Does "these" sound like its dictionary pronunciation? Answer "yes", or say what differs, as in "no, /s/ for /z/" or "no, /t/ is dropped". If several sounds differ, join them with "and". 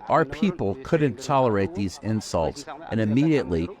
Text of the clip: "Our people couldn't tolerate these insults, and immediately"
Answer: yes